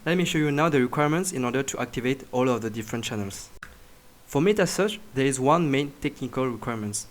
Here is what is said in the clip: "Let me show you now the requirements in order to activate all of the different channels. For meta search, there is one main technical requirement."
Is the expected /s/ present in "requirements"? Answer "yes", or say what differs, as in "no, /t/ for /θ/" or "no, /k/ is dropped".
yes